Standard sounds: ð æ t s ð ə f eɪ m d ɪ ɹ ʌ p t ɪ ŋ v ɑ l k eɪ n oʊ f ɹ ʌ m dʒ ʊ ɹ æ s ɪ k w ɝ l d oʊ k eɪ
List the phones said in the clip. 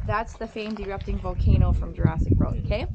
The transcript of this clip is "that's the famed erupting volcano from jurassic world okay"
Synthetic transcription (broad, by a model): ð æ t s ð ə f eɪ m d ɪ ɹ ʌ p t ɪ ŋ v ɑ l k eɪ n oʊ f ɹ ʌ m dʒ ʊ ɹ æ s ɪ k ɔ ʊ d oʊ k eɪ